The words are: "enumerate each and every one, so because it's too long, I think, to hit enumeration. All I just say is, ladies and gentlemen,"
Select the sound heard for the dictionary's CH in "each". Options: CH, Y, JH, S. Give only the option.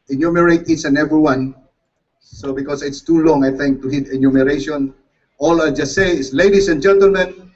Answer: S